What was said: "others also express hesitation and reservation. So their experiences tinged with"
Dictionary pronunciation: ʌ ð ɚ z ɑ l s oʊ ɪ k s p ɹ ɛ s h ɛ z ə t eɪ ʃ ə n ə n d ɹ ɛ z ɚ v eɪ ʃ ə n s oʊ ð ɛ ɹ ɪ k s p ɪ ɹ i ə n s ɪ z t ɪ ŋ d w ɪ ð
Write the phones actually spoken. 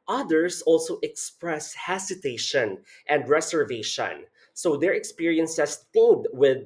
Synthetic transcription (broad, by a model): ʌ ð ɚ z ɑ l s oʊ ɪ k s p ɹ ɛ s h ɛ s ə t eɪ ʃ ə n ə n d ɹ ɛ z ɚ v eɪ ʃ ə n s oʊ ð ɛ ɹ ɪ k s p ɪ ɹ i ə n s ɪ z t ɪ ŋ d w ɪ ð